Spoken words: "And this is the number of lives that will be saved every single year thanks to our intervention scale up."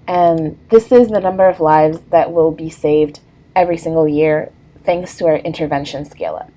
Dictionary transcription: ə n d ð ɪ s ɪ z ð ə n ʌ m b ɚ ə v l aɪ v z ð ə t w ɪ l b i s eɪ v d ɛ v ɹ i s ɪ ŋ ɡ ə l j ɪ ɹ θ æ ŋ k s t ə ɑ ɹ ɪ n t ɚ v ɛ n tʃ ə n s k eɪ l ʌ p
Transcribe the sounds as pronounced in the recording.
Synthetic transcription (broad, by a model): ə n ð ɪ s ɪ z ð ə n ʌ m b ɚ ə v l aɪ v z ð ə t w ɪ l b i s eɪ v d ɛ v ɹ i s ɪ ŋ ɡ l j ɪ ɹ θ æ ŋ k s t ə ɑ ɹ ɪ n t ɚ v ɛ n ʃ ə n s k eɪ l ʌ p